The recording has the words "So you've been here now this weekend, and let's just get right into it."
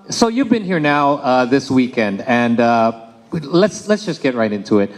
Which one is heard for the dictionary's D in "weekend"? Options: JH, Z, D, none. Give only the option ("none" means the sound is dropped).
D